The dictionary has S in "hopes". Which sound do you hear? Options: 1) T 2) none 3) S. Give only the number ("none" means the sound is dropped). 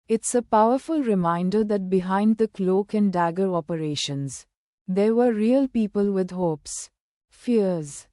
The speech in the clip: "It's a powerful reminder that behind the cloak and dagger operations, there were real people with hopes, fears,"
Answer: 3